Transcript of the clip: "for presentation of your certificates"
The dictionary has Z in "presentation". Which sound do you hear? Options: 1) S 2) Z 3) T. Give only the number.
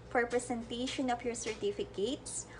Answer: 1